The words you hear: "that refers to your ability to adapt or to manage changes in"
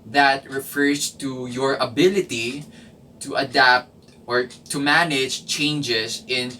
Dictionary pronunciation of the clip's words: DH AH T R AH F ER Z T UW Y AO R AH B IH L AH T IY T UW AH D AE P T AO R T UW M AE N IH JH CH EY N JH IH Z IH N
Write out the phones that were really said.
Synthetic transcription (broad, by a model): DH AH T R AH F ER S T UW Y AO R AH B IH L AH T IY T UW AH D AE P T AO R T UW M AE N IH JH CH EY N JH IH S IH N